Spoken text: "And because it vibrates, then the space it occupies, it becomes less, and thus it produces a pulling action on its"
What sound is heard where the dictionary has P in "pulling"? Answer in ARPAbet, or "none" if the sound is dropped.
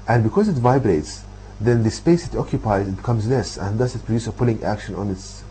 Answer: P